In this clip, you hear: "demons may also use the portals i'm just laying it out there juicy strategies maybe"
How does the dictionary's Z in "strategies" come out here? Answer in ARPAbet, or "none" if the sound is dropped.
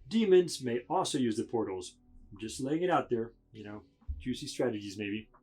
Z